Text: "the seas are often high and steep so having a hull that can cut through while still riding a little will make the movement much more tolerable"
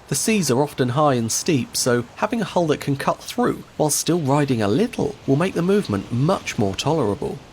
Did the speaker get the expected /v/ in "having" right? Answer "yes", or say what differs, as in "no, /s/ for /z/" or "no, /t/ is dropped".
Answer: yes